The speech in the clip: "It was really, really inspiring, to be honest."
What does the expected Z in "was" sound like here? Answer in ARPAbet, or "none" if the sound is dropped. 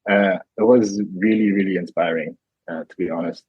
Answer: Z